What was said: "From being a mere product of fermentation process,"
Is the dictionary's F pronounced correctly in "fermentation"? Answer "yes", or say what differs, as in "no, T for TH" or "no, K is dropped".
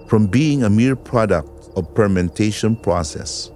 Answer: no, P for F